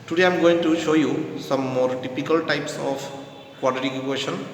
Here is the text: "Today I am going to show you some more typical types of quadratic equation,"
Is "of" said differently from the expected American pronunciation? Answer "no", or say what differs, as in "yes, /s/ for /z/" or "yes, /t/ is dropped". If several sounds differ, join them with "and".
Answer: yes, /p/ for /v/